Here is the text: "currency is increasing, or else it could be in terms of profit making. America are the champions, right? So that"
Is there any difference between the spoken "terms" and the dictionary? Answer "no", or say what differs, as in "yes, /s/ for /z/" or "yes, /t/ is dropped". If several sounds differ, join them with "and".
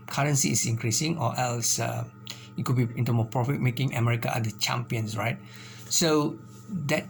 yes, /z/ is dropped